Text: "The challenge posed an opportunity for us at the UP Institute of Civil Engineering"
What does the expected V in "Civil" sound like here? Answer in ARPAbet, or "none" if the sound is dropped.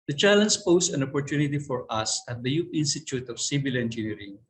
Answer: B